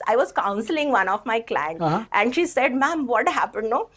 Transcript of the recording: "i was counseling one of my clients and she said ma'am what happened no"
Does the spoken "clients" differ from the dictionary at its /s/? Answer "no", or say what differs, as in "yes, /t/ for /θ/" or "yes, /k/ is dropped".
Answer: yes, /s/ is dropped